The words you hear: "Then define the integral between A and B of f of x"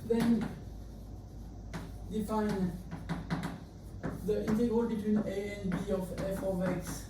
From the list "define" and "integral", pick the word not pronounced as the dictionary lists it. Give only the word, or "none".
integral